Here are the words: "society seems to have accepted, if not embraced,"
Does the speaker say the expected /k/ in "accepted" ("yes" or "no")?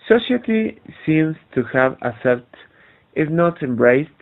no